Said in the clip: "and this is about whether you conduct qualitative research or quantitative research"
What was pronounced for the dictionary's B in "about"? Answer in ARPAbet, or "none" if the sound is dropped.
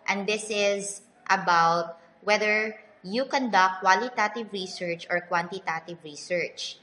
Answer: B